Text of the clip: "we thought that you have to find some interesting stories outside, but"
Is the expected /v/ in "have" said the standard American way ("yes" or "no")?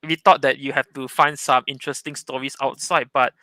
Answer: no